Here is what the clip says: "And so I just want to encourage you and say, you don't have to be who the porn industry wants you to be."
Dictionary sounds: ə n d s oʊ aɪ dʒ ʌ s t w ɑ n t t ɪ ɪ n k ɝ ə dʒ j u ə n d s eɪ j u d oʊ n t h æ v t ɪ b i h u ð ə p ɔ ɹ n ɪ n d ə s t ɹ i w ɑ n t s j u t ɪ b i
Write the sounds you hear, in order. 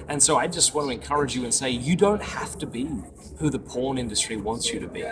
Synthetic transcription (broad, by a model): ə n s oʊ aɪ dʒ ʌ s t w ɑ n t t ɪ ɪ n k ɝ ə dʒ j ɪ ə n s eɪ j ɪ d oʊ n t h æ f t ɪ b i h u ð ə p ɔ ɹ n ɪ n d ə s t ɹ i w ɑ n t s j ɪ t ɪ b i